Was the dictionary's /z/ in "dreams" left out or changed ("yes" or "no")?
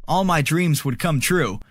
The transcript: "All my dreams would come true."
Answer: no